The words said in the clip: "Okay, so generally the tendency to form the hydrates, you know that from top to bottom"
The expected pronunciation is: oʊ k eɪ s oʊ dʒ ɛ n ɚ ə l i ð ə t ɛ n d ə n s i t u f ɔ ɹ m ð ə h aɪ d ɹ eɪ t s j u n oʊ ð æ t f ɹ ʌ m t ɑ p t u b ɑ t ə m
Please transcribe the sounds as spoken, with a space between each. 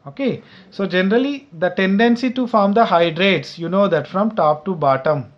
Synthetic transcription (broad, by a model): oʊ k eɪ s oʊ dʒ ɛ n ɚ ə l i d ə t ɛ n d ə n s i t u f ɔ ɹ m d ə h aɪ d ɹ eɪ t s j u n oʊ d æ t f ɹ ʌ m t ɑ p t u b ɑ t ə m